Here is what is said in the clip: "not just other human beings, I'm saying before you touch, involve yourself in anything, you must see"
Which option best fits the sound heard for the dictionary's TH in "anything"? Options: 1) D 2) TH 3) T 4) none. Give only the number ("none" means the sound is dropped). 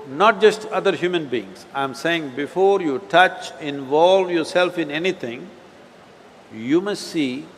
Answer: 3